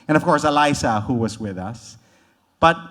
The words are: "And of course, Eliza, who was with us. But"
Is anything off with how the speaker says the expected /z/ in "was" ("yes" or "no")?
no